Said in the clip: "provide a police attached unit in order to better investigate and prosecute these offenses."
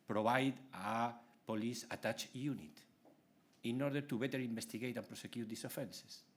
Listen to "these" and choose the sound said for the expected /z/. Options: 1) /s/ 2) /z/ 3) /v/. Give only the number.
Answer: 1